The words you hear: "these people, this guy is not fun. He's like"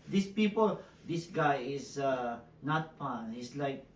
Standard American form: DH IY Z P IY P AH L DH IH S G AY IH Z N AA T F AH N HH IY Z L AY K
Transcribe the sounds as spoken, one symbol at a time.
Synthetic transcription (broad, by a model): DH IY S P IY P AH L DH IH S G AY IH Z N AA T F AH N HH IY S L AY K